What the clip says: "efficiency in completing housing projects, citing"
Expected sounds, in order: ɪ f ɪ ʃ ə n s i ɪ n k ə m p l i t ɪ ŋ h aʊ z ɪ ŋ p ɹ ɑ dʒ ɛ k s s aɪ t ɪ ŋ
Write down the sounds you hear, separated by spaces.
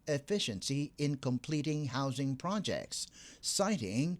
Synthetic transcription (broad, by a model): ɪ f ɪ ʃ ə n s i ɪ n k ə m p l i t ɪ ŋ h aʊ z ɪ ŋ p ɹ ɑ dʒ ɛ k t s aɪ t ɪ ŋ